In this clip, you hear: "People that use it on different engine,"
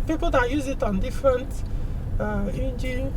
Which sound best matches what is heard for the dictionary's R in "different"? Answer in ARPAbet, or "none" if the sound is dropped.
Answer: R